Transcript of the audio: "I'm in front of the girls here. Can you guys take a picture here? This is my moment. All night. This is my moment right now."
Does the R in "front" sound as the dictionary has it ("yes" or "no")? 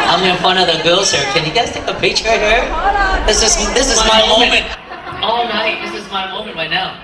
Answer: no